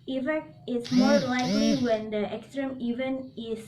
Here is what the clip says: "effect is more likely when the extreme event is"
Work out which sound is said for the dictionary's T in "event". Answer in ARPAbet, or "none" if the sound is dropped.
none